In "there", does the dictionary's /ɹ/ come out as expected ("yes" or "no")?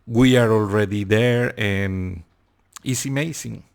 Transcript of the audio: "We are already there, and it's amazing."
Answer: yes